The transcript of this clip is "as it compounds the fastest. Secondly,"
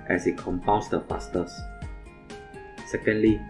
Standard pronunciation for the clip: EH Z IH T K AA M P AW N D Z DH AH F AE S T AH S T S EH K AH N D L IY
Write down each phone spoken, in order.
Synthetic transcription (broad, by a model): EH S IH T K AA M P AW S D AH P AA S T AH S S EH K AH N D L IY